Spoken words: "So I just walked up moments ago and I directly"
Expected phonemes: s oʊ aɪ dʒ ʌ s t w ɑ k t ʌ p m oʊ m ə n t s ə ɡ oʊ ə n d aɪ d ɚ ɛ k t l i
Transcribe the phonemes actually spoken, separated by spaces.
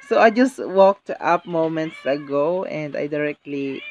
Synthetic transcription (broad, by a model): s oʊ aɪ dʒ ʌ s t w ɑ k t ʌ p m oʊ m ə n t s ə ɡ oʊ ə n d aɪ d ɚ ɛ k t l i